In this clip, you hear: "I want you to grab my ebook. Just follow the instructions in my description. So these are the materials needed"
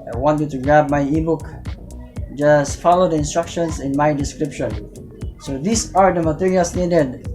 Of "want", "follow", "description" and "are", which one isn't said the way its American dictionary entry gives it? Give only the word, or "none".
none